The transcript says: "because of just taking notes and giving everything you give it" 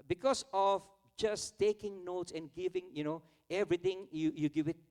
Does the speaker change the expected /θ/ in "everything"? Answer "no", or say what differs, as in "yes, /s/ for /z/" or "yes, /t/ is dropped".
yes, /t/ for /θ/